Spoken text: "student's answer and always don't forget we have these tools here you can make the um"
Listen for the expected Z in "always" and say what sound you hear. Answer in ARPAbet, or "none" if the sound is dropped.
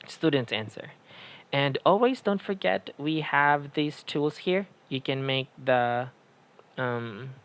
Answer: Z